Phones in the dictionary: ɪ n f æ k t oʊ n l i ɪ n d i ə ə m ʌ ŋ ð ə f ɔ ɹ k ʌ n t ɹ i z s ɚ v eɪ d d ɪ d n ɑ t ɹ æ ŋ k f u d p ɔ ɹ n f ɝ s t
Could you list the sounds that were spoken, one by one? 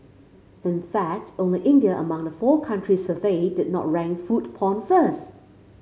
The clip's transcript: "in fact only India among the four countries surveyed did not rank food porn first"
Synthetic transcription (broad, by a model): ɪ n f æ k t oʊ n l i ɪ n d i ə ə m ʌ ŋ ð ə f ɔ k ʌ n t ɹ i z s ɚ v eɪ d d ɪ d n ɑ t ɹ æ ŋ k f u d p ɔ n f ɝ s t